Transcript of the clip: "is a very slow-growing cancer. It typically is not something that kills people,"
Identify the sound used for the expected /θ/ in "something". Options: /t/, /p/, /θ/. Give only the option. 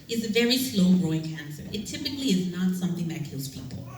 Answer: /θ/